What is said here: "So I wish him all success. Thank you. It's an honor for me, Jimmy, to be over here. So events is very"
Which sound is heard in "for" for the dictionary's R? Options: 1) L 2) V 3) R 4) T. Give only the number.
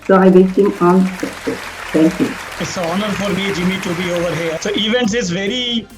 3